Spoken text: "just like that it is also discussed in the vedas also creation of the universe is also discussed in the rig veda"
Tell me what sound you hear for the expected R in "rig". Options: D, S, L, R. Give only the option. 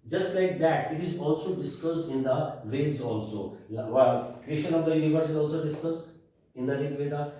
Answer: L